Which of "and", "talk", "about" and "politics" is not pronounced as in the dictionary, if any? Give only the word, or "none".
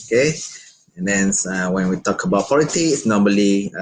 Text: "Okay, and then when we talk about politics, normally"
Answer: politics